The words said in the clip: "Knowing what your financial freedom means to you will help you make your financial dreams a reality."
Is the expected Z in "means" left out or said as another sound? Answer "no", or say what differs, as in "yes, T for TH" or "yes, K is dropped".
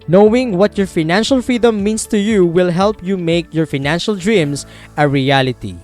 yes, S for Z